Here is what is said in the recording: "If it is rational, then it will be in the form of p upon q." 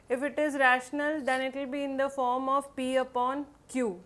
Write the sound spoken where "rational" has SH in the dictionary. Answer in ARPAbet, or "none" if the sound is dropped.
SH